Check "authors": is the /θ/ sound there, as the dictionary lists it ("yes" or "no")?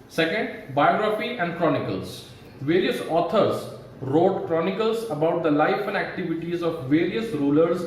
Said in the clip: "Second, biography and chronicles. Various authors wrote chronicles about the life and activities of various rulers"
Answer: no